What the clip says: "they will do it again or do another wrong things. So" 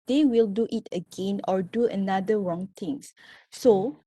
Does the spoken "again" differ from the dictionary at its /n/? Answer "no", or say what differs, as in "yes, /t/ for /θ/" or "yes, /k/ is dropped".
no